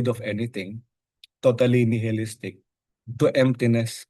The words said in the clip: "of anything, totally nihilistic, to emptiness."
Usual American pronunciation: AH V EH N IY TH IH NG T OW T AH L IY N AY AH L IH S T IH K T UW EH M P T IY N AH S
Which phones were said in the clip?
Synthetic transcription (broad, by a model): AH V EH N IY T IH NG T OW T AH L IY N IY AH L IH S T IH K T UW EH M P T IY N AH S